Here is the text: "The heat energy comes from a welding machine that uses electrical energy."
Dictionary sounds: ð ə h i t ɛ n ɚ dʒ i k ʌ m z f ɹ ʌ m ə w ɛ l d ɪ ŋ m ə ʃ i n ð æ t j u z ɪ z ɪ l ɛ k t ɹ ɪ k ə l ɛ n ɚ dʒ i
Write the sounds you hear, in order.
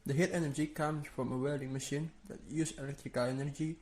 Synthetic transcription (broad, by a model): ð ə h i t ɛ n ɚ dʒ i k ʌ m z f ɹ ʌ m ə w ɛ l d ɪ ŋ m ə ʃ i n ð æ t j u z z ɪ l ɛ k t ɹ ɪ k ə l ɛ n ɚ dʒ i